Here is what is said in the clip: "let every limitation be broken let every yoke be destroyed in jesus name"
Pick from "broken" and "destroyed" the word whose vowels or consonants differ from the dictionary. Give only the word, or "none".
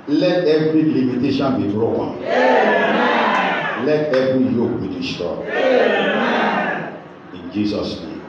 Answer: destroyed